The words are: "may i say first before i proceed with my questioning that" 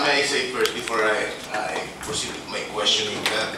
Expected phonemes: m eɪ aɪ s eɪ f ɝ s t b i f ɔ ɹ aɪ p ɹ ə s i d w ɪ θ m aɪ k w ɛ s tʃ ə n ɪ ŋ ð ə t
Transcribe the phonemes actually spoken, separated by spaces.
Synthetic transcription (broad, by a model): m aɪ s eɪ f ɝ t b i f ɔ ɹ aɪ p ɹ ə s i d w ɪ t m aɪ k w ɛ s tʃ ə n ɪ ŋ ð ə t